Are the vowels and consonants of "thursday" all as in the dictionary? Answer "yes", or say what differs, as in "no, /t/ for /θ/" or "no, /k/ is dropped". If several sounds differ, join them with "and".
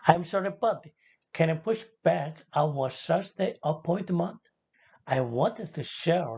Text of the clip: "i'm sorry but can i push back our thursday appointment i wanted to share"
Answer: no, /s/ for /θ/ and /s/ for /z/